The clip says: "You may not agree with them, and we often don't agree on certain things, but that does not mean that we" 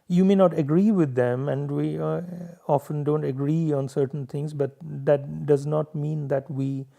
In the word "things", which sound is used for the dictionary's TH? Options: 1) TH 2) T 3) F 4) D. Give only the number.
2